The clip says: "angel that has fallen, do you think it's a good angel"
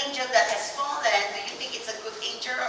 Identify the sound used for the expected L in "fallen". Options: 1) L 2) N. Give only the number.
2